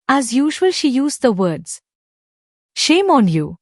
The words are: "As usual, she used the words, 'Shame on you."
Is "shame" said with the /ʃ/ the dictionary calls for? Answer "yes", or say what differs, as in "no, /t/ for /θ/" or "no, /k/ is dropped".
yes